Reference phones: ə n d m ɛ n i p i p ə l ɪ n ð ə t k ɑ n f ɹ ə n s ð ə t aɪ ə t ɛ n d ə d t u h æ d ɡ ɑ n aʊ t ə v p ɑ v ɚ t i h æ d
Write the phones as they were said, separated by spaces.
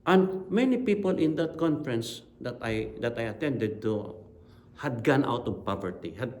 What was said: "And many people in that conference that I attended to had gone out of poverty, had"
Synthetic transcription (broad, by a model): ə n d m ɛ n i p i p ə l ɪ n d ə t k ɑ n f ɹ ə n s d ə t aɪ ə t ɛ n d ə d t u h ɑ d ɡ ɑ n aʊ t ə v p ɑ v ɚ t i h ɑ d